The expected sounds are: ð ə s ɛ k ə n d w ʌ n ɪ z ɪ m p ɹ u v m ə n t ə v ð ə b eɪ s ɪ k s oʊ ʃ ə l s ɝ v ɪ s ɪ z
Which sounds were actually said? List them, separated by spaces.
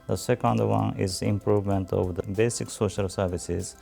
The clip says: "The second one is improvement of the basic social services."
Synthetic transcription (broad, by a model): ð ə s ɛ k ə n d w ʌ n ɪ z ɪ m p ɹ u v m ə n t ə v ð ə b eɪ s ɪ k s oʊ ʃ ə l s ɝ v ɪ s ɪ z